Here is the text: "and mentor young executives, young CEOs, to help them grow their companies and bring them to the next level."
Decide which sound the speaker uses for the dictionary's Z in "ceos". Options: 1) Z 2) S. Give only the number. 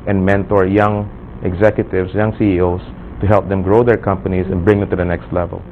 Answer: 2